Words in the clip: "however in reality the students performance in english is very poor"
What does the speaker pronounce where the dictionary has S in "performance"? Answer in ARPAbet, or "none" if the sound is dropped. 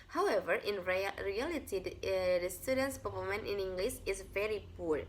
none